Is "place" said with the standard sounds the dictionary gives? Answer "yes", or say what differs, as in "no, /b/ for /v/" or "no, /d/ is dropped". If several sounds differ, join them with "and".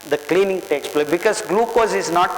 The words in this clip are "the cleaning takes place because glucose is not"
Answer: no, /s/ is dropped